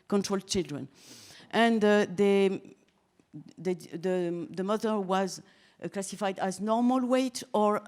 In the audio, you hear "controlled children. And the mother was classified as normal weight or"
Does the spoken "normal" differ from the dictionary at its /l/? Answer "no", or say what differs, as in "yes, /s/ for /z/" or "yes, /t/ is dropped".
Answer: no